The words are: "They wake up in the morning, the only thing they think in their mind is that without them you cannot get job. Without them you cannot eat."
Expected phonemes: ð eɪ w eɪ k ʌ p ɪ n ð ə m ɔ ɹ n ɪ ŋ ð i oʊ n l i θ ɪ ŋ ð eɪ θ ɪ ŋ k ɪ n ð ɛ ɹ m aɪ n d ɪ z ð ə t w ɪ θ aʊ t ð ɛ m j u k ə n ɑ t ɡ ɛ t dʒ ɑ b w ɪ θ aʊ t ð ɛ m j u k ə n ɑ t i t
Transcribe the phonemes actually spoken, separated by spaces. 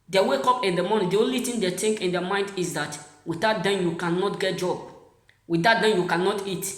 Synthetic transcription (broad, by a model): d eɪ w eɪ k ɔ p ɪ n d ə m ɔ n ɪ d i oʊ n l i t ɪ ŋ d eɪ t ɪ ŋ k ɪ n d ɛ m aɪ n d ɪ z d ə t w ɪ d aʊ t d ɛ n j u k ə n ɑ t ɡ ɛ t dʒ ɑ b w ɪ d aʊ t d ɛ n j u k ə n ɑ t i t